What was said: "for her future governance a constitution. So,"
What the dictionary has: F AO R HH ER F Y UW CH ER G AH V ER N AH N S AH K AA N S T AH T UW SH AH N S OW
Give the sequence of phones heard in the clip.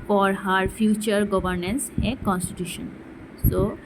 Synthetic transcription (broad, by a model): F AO R HH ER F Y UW CH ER G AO B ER N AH N S AH K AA N S T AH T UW SH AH N S OW